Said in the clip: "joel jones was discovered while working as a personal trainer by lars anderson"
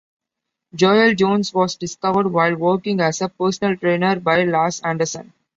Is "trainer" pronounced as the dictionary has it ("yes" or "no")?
yes